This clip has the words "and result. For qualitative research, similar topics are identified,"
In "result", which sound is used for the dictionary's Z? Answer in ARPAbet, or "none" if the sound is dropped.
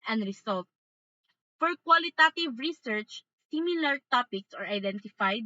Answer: S